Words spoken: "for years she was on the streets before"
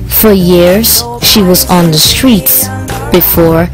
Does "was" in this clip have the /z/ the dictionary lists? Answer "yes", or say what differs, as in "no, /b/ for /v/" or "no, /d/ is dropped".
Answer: yes